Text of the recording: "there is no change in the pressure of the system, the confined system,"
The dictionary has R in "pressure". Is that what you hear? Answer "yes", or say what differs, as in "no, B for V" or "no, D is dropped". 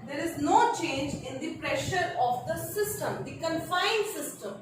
yes